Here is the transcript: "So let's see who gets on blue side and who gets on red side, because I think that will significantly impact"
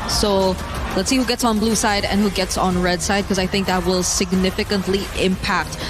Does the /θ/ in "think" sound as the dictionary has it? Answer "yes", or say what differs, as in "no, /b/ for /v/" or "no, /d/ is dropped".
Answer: yes